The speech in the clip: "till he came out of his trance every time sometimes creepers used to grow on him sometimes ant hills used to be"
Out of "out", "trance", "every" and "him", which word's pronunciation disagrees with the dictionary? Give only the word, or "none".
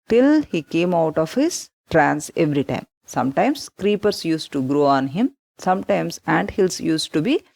none